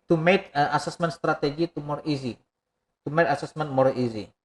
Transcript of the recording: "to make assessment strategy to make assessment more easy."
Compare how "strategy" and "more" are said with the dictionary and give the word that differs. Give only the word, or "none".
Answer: strategy